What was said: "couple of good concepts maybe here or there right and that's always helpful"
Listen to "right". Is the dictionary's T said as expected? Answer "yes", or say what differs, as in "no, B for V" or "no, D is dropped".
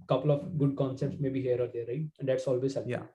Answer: no, T is dropped